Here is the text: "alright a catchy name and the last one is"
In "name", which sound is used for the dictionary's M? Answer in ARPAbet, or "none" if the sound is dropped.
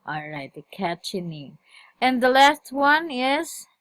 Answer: none